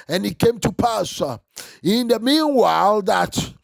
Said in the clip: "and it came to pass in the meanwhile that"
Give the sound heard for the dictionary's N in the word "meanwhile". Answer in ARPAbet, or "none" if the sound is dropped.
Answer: N